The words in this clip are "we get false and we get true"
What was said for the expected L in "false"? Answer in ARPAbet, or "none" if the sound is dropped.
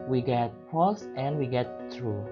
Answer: none